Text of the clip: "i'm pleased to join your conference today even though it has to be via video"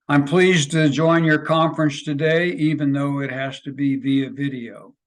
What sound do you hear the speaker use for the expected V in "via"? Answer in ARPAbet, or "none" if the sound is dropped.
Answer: V